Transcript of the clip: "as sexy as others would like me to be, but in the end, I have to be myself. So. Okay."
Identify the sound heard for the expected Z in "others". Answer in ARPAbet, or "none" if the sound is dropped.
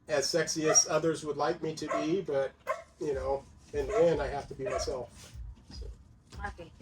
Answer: Z